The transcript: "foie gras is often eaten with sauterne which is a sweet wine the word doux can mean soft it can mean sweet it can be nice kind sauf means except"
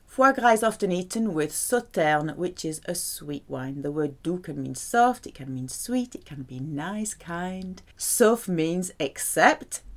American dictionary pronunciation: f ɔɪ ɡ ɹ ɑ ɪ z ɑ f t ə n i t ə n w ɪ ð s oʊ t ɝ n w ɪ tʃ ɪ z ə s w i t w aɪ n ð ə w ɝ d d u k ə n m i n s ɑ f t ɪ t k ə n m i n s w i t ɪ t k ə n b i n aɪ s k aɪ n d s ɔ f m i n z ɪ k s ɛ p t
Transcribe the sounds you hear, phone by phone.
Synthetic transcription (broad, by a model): f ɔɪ ɡ ɹ ɑ ɪ z ɑ f t ə n i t n w ɪ ð s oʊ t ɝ n w ɪ tʃ ɪ z ə s w i t w aɪ n ð ə w ɝ d d u k ə n m i n s ɑ f t ɪ t k ə n m i n s w i t ɪ t k ə n b i n aɪ s k aɪ n d s ɔ f m i n z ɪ k s ɛ p t